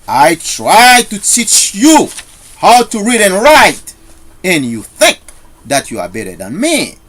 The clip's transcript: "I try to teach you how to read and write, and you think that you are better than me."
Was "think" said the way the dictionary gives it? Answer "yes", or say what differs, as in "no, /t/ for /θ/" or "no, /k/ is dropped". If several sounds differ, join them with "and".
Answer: yes